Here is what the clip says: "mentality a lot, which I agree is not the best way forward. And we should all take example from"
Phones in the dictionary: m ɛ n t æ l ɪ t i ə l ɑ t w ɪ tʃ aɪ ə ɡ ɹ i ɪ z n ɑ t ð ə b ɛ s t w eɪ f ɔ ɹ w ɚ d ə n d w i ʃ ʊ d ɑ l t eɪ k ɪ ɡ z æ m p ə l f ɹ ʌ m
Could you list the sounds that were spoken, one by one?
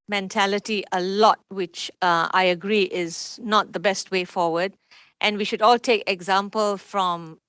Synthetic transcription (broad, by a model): m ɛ n t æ l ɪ t i ə l ɑ t w ɪ tʃ aɪ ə ɡ ɹ i ɪ z n ɑ t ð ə b ɛ s t w eɪ f ɔ w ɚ d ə n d w i ʃ ʊ d ɑ l t eɪ k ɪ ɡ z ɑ m p ə l f ɹ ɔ m